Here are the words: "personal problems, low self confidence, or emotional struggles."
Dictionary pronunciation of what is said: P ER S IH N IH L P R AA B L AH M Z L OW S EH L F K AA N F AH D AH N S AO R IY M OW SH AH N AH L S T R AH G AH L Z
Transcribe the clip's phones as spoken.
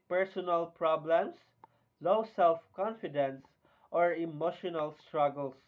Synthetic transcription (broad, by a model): P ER S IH N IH L P R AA B L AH M S L OW S EH L F K AA N F AH D AH N S AO R IY M OW SH AH N AH L S T R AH G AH L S